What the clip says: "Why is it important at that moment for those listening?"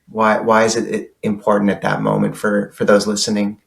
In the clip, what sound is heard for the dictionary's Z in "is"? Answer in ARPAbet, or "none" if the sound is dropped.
Z